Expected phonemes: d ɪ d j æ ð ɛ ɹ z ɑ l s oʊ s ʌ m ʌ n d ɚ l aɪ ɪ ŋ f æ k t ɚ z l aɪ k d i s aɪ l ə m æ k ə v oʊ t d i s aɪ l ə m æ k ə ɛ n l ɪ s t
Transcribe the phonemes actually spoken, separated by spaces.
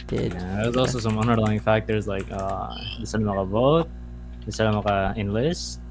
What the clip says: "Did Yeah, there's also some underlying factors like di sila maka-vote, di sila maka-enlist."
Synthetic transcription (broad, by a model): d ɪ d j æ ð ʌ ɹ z ɑ l s oʊ s ʌ m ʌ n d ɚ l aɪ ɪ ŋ f æ k t ɚ z l aɪ k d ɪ s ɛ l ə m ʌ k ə v oʊ t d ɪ s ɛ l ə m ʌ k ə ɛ n l ɪ s t